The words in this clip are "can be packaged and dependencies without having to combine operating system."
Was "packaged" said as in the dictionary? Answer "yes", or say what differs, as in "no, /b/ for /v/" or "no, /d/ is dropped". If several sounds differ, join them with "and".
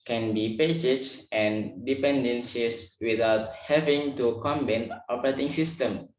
no, /d/ is dropped